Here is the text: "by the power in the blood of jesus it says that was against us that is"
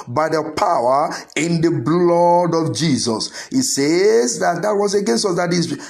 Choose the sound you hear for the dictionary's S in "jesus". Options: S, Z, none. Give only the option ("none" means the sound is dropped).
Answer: S